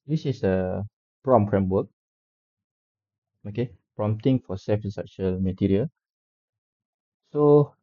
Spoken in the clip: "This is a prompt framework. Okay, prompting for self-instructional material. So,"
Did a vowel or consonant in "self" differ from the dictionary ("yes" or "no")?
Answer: yes